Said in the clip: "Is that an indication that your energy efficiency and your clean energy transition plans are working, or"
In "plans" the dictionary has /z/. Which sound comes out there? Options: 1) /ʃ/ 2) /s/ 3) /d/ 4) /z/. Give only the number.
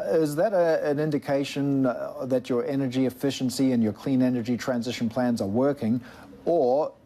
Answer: 4